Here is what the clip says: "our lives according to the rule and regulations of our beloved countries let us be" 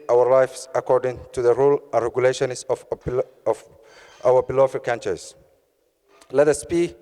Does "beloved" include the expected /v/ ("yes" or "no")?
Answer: no